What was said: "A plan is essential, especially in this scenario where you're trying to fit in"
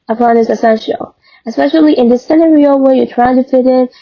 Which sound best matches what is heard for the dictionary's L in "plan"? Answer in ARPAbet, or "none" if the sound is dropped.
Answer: none